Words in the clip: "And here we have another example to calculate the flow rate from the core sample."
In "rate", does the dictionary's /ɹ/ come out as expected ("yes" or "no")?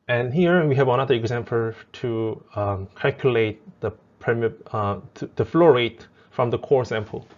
yes